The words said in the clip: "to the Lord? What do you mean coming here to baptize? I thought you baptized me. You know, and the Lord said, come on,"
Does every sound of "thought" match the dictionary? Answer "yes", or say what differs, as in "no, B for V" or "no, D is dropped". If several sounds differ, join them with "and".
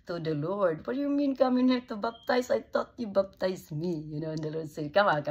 no, T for TH